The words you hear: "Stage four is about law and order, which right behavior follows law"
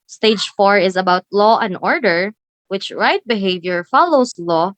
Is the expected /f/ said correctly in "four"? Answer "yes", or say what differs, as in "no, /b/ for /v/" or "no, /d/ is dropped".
yes